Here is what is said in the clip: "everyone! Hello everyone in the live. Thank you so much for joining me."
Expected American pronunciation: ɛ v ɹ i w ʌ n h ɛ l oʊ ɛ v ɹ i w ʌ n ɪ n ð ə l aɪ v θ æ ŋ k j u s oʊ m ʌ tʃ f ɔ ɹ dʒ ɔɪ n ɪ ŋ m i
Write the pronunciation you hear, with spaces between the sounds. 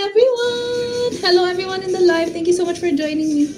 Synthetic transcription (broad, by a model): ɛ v ɹ i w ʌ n h ɛ l oʊ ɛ v ɹ i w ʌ n ɪ n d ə l aɪ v t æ ŋ k j u s oʊ m ʌ tʃ f ɔ ɹ dʒ ɔɪ n ɪ ŋ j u